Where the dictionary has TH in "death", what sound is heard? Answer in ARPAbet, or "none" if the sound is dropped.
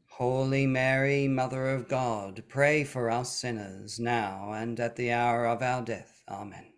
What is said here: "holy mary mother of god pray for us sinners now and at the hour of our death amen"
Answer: TH